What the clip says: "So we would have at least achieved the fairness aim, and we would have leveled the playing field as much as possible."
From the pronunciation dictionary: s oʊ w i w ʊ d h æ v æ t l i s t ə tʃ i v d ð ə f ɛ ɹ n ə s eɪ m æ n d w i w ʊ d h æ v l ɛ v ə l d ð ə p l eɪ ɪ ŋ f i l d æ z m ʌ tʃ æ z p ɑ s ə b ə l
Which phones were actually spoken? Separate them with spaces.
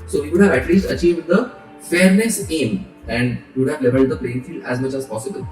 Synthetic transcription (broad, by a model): s oʊ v i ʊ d h æ v æ t l i s t ə tʃ i v d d ə f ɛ ɹ n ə s eɪ m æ n d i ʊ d h æ v l ɛ v ə l d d ə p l eɪ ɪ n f i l æ z m ʌ tʃ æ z p ɑ s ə b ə l